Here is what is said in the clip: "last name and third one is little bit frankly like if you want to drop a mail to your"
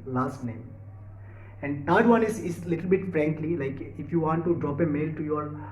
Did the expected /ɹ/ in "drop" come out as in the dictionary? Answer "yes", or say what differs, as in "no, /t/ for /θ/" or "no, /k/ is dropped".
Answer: yes